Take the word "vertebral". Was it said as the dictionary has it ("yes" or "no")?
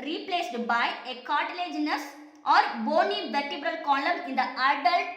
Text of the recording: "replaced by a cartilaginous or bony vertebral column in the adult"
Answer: yes